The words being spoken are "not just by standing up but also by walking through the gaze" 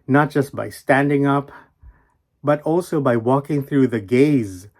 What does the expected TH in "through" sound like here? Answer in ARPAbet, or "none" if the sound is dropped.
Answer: TH